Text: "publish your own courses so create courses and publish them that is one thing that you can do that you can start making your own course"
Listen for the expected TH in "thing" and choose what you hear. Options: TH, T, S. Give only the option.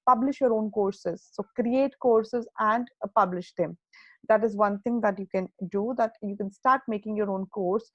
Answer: T